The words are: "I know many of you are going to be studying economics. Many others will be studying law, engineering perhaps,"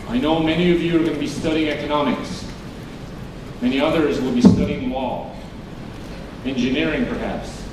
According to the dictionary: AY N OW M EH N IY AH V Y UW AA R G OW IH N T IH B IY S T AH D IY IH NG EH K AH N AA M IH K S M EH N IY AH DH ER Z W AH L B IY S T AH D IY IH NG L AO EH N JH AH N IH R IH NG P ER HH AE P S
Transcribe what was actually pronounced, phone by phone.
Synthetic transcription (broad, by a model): AY N OW M EH N IY AH V Y UW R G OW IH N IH B IY S T AH D IY IH NG EH K AH N AA M IH K S M EH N IY AH DH ER Z W AH L B IY S T AH D IY IH NG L AO EH N JH AH N IH R IH NG P ER HH AE P S